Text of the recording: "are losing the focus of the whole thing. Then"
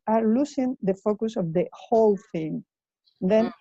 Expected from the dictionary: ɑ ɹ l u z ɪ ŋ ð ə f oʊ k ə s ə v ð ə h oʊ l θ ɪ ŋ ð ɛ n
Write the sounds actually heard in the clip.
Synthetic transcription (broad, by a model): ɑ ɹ l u s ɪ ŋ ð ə f oʊ k ə s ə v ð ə h oʊ l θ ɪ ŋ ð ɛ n